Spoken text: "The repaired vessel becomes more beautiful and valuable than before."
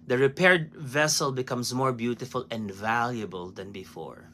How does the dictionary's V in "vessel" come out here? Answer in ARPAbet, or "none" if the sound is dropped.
V